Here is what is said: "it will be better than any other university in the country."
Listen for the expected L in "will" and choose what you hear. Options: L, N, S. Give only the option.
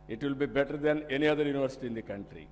L